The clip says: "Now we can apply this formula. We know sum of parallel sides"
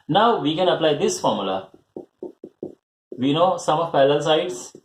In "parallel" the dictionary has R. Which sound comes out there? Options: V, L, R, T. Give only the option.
L